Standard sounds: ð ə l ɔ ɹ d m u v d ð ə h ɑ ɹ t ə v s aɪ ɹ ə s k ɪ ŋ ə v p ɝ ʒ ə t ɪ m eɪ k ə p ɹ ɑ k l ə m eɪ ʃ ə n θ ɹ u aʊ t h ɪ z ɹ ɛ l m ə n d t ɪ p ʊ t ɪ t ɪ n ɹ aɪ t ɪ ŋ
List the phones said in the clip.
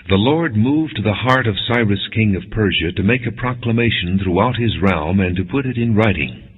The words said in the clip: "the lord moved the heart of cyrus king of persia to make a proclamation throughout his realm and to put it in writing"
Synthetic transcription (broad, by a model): ð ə l ɔ ɹ d m u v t ð ə h ɑ ɹ t ə v s aɪ ɹ ə s k ɪ ŋ ə v p ɝ ʒ ə t ɪ m eɪ k ə p ɹ ɑ k l ə m eɪ ʃ ə n θ ɹ u aʊ t h ɪ z ɹ ɛ l m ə n t ɪ p ʊ t ɪ t ɪ n ɹ aɪ t ɪ ŋ